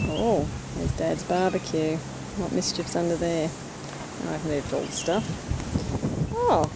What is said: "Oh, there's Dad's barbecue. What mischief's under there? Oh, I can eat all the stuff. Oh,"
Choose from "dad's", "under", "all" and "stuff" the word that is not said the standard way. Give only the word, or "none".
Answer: none